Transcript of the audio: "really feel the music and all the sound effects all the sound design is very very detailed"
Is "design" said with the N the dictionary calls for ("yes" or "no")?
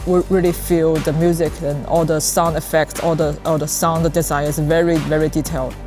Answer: no